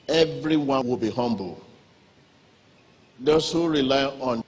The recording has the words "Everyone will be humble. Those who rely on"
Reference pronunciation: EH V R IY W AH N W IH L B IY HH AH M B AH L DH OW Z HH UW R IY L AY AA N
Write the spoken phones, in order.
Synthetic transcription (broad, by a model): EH V R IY W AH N W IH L B IY HH AH M B AH L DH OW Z HH UW R IY L AY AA N